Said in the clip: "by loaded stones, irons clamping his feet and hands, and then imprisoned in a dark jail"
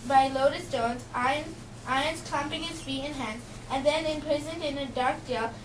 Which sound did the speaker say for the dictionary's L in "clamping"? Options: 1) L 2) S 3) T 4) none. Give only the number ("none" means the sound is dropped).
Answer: 4